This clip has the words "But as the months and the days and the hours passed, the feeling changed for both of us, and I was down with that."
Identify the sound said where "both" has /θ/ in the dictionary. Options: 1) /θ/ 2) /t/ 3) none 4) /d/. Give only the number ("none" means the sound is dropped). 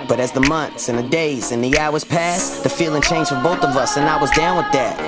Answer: 1